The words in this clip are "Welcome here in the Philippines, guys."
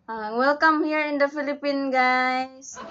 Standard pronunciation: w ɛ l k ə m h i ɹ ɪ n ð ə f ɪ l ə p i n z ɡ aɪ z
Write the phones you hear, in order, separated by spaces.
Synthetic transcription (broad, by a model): w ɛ l k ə m h i ɹ ɪ n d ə f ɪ l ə p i n ɡ aɪ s